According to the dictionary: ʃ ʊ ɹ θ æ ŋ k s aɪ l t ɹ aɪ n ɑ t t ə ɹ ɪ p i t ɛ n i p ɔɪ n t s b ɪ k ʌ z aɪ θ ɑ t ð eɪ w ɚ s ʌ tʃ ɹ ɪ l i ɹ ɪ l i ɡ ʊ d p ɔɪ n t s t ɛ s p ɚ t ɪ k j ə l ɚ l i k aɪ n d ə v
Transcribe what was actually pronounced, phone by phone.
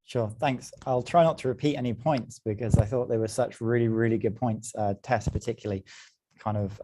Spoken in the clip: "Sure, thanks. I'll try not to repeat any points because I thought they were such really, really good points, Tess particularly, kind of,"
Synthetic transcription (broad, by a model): ʃ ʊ θ æ ŋ k s aɪ l t ɹ aɪ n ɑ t t ə ɹ ɪ p i t ɛ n i p ɔɪ n t s b ɪ k ʌ z aɪ θ ɑ t ð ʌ w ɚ s ʌ tʃ ɹ ɪ l i ɹ ɪ l i ɡ ʊ d p ɔɪ n t s t ɛ s p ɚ t ɪ k j l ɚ l i k aɪ n d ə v